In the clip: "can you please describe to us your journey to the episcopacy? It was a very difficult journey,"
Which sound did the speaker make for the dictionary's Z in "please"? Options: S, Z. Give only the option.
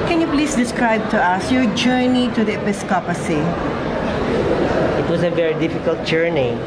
S